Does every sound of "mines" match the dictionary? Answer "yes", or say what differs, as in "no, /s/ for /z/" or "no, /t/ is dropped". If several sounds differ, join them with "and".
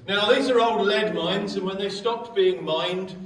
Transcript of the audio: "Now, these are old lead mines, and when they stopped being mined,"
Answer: yes